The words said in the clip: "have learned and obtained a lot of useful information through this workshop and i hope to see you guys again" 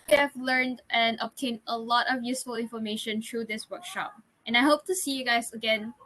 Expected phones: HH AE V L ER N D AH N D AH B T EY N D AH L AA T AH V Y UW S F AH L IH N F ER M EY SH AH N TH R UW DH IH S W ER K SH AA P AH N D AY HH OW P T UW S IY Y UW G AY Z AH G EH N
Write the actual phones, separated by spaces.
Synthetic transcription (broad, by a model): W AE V L ER N D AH N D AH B T EY N AH L AA T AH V Y UW S F AH L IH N F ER M EY SH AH N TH R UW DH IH S W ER K SH AA P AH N AY HH OW P T UW S IY Y UW G AY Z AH G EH N